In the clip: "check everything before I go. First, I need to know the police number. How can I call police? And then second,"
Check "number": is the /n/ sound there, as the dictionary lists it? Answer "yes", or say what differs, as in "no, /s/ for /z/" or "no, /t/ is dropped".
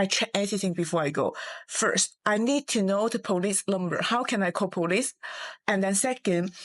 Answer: no, /l/ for /n/